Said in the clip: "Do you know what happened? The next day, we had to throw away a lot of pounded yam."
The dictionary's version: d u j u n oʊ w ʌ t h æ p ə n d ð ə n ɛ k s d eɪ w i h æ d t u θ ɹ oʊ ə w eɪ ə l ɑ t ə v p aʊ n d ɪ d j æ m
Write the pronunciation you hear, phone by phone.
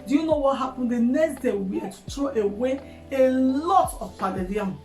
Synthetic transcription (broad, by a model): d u j u n oʊ w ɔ t h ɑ p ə n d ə n ɛ k s d eɪ w i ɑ t u t ɹ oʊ ə w eɪ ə l ɑ t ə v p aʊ d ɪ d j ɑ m